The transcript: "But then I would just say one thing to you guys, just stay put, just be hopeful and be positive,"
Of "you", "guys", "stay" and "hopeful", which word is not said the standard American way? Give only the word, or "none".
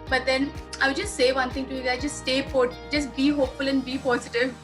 guys